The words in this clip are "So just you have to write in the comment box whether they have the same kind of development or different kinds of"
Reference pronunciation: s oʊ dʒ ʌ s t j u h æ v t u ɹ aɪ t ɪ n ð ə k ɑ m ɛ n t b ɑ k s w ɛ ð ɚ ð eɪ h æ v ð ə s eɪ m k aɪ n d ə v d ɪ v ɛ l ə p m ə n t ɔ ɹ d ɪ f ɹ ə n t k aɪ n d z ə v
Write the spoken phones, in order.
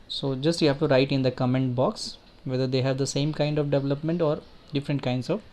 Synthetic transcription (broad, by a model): s oʊ dʒ ʌ s t j u h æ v t u ɹ aɪ t ɪ n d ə k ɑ m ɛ n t b ɑ k s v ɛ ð ɚ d eɪ h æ v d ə s eɪ m k aɪ n d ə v d ɪ v ɛ l ə p m ə n t ɔ ɹ d ɪ f ɹ ə n t k aɪ n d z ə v